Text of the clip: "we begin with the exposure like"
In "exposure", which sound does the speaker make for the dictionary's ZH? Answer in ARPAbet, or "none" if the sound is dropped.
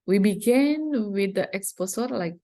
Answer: S